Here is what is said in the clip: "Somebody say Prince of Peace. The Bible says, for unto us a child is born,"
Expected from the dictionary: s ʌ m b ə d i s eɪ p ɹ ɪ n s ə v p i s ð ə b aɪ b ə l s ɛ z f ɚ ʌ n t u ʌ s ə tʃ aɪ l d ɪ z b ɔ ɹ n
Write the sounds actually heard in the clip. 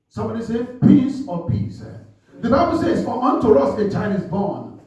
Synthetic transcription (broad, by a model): s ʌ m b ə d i s eɪ p i s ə p i s ð ə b aɪ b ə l s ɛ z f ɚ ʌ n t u ʌ s ə tʃ aɪ l d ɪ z b ɔ n